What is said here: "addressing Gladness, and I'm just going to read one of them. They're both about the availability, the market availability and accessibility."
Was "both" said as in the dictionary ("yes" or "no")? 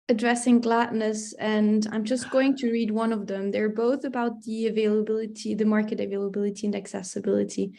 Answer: yes